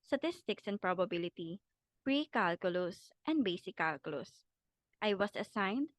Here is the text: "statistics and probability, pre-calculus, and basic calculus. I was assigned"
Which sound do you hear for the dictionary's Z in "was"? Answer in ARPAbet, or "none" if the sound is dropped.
S